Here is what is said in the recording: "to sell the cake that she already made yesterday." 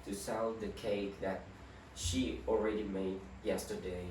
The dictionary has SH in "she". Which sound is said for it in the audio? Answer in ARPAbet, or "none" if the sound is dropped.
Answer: SH